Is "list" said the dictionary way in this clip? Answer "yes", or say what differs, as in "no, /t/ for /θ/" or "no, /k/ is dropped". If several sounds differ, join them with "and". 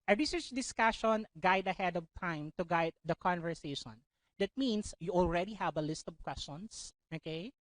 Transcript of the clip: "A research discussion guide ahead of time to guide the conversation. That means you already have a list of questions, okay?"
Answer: yes